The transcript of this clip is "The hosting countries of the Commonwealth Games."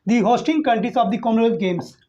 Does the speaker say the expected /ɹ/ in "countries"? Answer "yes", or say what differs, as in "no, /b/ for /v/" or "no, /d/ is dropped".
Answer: no, /ɹ/ is dropped